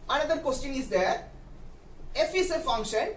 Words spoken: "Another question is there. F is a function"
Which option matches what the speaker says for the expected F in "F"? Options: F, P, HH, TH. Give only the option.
F